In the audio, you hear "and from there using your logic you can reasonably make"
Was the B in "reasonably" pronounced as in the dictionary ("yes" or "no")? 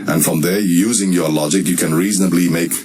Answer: yes